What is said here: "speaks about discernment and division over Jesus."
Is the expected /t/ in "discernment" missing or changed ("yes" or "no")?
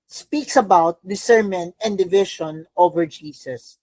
yes